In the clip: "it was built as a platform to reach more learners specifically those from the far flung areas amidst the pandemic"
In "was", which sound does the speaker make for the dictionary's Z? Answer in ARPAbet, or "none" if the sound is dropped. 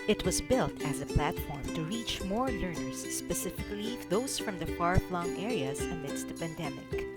Z